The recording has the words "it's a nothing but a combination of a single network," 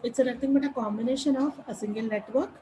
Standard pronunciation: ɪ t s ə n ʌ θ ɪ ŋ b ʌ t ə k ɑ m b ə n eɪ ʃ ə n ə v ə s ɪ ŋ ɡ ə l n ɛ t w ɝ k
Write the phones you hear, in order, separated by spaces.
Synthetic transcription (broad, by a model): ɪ t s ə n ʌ t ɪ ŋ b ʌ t ə k ɑ m b ə n eɪ ʃ ə n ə f ə s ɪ ŋ ɡ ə l n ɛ t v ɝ k